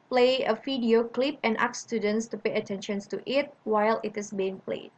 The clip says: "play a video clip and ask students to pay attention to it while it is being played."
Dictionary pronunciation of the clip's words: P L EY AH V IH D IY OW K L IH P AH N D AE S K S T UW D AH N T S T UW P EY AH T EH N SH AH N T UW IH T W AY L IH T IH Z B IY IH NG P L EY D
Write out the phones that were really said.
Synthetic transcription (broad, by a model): P L EY AH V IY D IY OW K L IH P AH N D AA K S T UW D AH N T S T UW P EY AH T EH N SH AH N T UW IH T W AY L IH T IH S B IY IH NG P L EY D